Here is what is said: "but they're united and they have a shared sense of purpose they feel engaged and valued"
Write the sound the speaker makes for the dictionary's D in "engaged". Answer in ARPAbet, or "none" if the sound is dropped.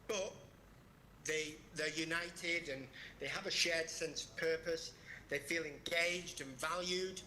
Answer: D